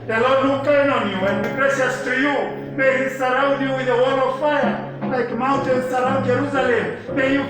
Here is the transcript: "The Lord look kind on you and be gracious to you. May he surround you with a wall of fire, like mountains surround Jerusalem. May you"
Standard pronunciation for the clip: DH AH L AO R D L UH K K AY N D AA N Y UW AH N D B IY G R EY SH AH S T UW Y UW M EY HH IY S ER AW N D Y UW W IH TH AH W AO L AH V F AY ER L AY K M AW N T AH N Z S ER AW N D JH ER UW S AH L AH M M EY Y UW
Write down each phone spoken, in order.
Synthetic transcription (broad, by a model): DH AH L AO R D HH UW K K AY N AA N Y UW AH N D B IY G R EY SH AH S T UW Y UW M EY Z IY S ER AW N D Y UW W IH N AH W AO L AH V F AY ER L AY K M AW N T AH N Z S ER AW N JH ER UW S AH L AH M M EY Y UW